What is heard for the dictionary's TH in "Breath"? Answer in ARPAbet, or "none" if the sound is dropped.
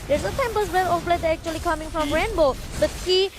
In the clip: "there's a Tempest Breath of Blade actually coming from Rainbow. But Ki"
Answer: T